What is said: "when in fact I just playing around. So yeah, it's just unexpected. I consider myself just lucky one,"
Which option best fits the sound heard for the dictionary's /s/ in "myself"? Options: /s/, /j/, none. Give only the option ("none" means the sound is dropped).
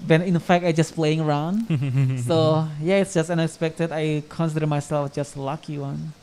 /s/